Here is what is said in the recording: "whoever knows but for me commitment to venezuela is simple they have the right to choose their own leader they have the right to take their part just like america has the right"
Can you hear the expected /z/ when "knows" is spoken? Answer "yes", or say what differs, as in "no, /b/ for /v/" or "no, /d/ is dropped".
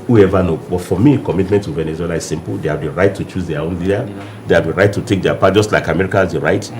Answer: no, /z/ is dropped